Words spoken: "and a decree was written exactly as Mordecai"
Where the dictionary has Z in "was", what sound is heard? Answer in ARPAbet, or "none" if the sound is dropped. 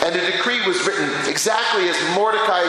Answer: Z